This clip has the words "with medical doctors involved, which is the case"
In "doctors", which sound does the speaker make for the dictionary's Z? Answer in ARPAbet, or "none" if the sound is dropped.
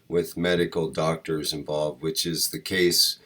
Z